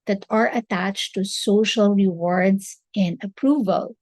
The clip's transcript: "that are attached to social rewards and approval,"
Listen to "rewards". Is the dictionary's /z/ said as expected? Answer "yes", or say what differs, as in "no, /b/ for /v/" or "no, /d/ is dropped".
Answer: no, /s/ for /z/